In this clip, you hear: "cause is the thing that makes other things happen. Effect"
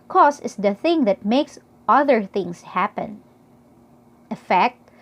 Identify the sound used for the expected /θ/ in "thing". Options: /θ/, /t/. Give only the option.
/θ/